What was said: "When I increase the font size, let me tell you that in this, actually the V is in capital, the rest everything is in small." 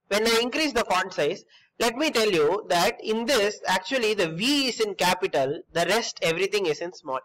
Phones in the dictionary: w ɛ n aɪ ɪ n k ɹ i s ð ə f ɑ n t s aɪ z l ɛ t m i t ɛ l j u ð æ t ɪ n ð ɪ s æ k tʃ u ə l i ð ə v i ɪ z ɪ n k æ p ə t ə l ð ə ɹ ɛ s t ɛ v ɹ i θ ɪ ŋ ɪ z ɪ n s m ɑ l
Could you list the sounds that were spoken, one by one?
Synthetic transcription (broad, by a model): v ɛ n aɪ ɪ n k ɹ i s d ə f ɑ n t s aɪ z l ɛ t m i t ɛ l j u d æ t ɪ n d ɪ s æ k tʃ u ə l i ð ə v i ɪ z ɪ n k æ p ə t ə l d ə ɹ ɛ s t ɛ v ɹ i t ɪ ŋ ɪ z ɪ n s m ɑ l